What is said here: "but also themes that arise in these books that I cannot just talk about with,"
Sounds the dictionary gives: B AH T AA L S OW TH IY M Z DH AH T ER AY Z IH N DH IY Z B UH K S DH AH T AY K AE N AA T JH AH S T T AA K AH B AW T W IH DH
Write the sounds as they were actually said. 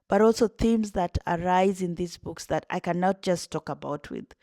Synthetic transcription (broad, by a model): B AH T AA L S OW TH IY M Z DH AH T ER AY Z IH N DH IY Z B UH K S DH AH T AY K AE N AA T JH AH S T T AA K AH B AW T W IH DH